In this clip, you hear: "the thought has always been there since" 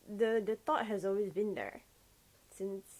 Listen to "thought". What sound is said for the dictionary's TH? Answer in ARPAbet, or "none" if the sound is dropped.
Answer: T